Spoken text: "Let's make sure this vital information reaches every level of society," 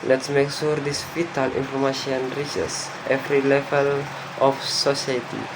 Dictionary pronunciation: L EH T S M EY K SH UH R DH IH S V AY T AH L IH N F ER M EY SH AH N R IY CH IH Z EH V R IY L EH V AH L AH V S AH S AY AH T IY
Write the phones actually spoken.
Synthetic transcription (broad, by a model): L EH T S M EY K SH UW R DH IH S P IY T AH L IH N F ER M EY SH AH N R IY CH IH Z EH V R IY L EH V AH L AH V S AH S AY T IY